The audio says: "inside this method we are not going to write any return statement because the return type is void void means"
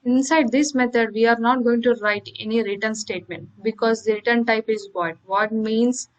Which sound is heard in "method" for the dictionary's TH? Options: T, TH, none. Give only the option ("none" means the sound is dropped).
T